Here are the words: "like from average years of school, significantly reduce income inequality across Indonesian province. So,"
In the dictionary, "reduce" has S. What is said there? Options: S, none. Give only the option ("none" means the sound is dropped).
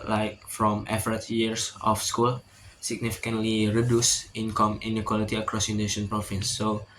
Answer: S